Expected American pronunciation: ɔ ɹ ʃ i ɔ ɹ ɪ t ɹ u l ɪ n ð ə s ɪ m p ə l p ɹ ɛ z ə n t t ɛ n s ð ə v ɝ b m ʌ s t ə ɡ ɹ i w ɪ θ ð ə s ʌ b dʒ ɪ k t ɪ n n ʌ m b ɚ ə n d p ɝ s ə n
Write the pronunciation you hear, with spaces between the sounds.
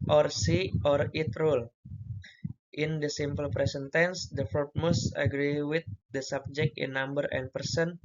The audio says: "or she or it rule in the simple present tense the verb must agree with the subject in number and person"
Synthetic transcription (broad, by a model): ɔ ɹ s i ɔ ɹ ɪ t ɹ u l ɪ n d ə s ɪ m p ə l p ɹ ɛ s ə n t t ɛ n s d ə f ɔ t m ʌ s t ə ɡ ɹ i w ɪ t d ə s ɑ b dʒ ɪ k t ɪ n n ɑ m b ɚ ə n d p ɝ s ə n